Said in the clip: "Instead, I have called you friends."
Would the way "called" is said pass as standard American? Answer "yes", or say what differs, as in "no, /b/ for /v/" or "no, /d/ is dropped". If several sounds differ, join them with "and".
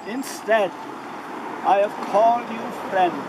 yes